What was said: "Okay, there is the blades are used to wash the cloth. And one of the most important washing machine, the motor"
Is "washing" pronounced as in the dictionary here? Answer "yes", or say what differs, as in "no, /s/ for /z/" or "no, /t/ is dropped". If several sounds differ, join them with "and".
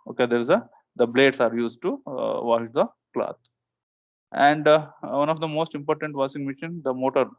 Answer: no, /s/ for /ʃ/